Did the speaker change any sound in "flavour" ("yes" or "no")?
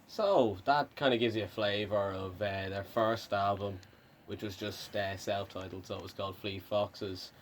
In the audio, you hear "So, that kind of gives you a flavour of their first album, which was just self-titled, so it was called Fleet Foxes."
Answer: no